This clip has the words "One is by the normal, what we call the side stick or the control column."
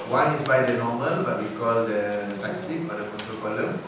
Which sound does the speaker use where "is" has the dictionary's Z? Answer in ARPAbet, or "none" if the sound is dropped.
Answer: S